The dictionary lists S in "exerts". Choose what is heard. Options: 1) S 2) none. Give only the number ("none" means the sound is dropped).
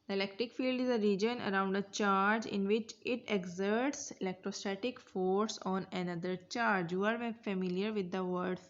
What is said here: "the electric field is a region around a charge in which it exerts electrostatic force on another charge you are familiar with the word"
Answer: 1